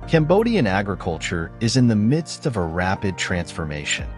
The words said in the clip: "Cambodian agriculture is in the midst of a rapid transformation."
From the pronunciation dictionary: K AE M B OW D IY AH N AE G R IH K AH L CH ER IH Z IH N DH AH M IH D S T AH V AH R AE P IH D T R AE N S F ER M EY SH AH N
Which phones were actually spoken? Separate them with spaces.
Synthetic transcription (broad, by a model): K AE M B OW D IY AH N AE G R IH K AH L CH ER IH Z IH N DH AH M IH D S T AH V AH R AE P IH D T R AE N S F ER M EY SH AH N